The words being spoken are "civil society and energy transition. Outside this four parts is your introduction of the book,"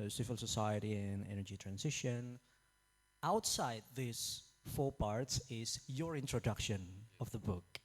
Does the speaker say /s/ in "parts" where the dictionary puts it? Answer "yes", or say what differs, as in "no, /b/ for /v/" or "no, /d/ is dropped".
yes